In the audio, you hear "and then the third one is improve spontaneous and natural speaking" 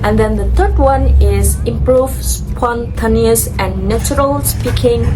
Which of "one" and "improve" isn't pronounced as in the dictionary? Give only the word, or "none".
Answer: none